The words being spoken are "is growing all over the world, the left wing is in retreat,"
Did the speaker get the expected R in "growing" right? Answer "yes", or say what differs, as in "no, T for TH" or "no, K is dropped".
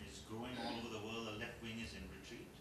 no, R is dropped